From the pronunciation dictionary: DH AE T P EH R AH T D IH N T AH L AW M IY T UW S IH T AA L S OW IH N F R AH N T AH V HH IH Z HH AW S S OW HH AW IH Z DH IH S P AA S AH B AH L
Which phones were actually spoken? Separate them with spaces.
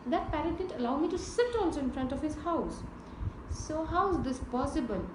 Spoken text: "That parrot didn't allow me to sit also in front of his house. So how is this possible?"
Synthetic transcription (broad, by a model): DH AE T P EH R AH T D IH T AH L AW M IY T UW S IH T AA N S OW IH N F R AH N T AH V HH IH Z HH AW S S OW HH AW IH Z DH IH S P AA S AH B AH L